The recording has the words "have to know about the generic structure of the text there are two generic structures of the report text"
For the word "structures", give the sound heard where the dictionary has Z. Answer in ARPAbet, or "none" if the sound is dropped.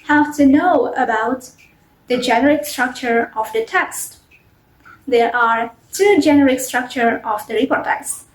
none